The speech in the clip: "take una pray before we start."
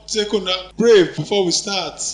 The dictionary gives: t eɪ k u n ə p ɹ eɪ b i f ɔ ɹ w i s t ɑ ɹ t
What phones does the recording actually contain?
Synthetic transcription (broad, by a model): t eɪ k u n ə b ɹ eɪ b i f ɔ w i s t ɑ t